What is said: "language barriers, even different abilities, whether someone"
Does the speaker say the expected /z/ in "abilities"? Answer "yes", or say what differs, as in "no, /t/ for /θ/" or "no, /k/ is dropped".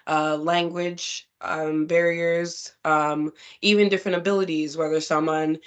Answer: yes